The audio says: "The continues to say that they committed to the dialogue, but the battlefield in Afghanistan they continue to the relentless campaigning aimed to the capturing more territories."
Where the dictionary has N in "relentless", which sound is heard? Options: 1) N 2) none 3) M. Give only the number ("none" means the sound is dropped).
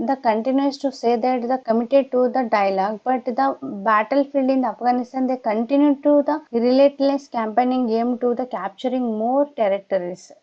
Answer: 2